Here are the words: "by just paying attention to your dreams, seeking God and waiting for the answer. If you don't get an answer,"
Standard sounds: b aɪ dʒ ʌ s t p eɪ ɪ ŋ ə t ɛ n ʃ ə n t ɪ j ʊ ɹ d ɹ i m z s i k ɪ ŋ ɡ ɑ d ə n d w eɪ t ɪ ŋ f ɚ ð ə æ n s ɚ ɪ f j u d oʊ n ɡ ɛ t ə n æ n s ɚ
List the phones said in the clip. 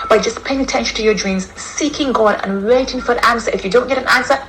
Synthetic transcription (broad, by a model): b aɪ dʒ ʌ s p eɪ ɪ ŋ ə t ɛ n ʃ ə n t ɪ j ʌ ɹ d ɹ i m z s i k ɪ ŋ ɡ ɑ d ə n w eɪ t ɪ ŋ f ɚ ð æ n s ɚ ɪ f j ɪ d oʊ n ɡ ɛ t ə n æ n s ɚ